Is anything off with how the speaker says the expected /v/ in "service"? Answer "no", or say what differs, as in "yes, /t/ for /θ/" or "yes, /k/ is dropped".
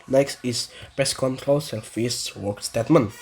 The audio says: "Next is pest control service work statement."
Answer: yes, /f/ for /v/